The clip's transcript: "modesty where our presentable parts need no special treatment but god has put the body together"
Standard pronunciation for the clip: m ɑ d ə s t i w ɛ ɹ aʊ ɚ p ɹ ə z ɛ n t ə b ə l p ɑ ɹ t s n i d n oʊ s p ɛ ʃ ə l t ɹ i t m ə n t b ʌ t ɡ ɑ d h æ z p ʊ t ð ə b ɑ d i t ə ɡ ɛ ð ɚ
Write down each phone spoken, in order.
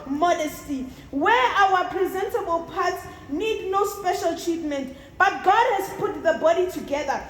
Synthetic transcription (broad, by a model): m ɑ d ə s t i w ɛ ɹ aʊ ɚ p ɹ ə z ɛ n t ə b ə l p ɑ t s n i d n oʊ s p ɛ ʃ ə l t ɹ i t m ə n t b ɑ t ɡ ɑ d h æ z p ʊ t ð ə b ɑ d i t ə ɡ ɛ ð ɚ